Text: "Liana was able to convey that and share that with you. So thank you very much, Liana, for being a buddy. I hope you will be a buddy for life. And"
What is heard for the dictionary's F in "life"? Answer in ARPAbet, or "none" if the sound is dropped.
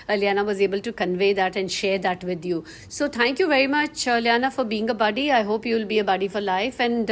F